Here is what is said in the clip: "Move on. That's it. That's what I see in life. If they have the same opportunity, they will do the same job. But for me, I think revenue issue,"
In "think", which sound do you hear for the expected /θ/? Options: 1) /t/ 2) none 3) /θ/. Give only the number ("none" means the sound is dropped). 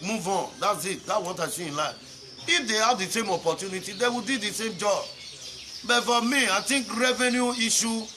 1